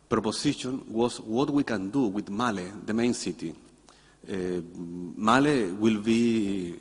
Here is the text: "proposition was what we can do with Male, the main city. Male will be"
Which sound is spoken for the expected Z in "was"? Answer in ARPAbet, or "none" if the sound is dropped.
S